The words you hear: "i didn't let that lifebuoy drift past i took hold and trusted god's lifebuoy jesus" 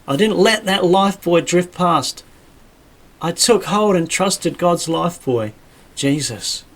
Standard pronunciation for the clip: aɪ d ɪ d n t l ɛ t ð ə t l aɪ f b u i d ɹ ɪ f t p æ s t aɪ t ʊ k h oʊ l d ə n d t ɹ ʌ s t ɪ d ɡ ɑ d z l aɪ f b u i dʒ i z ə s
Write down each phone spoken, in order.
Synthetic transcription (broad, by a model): aɪ d ɪ d n t l ɛ t ð ə t l aɪ f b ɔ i d ɹ ɪ f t p æ s t aɪ t ʊ k h oʊ l d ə n t ɹ ʌ s t ɪ d ɡ ɑ d z l aɪ f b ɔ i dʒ i z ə s